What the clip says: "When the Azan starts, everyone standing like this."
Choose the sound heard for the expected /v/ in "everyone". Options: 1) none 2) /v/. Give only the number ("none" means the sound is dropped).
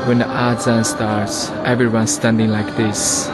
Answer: 2